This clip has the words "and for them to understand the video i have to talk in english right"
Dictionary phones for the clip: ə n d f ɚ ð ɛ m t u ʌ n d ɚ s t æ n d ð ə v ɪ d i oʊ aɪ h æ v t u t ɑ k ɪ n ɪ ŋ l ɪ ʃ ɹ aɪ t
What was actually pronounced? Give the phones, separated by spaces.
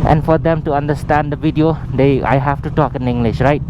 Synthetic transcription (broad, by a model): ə n f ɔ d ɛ m t u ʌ n d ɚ s t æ n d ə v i d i oʊ aɪ h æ f t u t ɑ k ɪ n ɪ ŋ l ɪ ʃ ɹ aɪ t